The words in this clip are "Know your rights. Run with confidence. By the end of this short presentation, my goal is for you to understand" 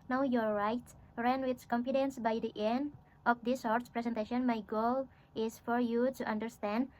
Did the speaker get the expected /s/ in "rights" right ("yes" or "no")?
no